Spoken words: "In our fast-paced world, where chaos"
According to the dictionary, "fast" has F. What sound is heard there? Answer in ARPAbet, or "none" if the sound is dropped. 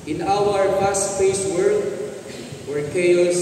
P